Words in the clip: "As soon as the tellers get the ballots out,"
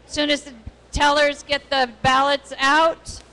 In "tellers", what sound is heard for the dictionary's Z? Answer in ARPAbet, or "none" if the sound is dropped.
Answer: Z